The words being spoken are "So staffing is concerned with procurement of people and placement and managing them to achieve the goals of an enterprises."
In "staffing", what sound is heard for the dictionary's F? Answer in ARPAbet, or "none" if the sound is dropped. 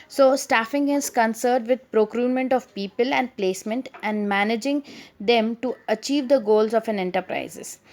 F